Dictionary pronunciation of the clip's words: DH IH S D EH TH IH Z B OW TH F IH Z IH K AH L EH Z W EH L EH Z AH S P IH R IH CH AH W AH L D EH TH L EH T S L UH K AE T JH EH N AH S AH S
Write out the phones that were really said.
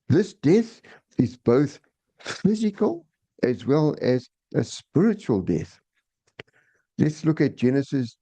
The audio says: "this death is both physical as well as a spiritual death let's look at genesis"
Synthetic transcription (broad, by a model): DH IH S D EH TH IH Z B OW TH F IH Z IH K AH L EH Z W EH L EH Z AH S P IH R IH CH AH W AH L D EH TH L EH T S L UH K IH T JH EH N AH S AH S